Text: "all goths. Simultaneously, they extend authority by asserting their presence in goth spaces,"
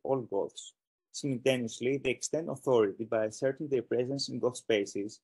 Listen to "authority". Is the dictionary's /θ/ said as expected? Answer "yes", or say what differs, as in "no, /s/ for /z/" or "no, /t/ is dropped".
yes